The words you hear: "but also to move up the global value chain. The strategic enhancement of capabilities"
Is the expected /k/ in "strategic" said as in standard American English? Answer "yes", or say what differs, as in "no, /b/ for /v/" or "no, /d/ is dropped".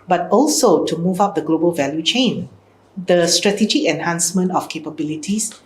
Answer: no, /k/ is dropped